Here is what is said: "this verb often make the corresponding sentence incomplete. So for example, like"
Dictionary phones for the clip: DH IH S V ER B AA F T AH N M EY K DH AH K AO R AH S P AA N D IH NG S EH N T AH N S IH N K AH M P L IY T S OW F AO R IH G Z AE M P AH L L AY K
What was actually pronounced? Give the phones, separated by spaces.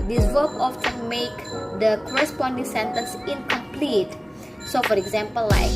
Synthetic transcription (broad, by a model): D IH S W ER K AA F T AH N M EY K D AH K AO R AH S P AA N D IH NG S EH N T AH N S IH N K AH M P L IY T S OW F AO R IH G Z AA M P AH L L AY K